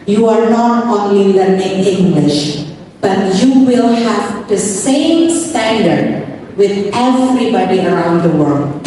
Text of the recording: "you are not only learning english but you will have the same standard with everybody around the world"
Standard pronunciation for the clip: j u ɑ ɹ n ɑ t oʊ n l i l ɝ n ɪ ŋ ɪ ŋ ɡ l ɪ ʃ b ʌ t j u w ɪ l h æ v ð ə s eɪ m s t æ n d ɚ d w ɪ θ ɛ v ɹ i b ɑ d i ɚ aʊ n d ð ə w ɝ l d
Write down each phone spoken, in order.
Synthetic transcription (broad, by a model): j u ɑ ɹ n ɑ t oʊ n l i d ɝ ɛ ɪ ɪ ŋ ɡ l ɪ ʃ b ʌ t j u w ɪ l h æ v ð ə s eɪ m s t æ n d ɚ d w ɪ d ɛ v ɹ i b ɑ d i ɚ aʊ n d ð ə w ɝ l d